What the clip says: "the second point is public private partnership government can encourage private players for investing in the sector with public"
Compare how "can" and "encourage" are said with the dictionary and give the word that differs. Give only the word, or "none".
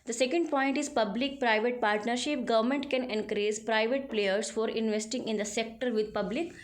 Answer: encourage